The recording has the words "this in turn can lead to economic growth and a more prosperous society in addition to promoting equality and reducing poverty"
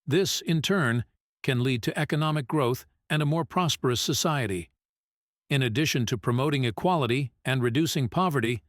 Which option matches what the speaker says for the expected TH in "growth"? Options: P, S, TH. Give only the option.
TH